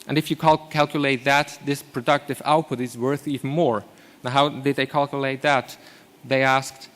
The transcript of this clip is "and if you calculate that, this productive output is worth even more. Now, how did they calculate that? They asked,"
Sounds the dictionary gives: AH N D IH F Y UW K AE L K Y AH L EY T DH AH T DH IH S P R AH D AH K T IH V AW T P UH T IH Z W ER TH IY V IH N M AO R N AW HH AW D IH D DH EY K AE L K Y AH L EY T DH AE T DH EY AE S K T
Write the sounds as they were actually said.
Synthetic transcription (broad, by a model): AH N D IH F Y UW K AE L K Y AH L EY T DH AH T DH IH S P R AH D AH K T IH V AW T P UH T IH Z W ER TH IY V N M AO R N AW HH AW D IH D DH EY K AE L K Y AH L EY T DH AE T DH EY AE S K T